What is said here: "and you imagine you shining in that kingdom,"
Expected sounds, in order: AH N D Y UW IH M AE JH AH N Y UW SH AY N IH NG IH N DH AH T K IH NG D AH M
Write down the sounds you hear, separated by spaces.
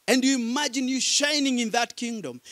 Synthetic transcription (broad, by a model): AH N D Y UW IH M AE JH AH N Y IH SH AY N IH NG IH N DH AH T K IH NG D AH M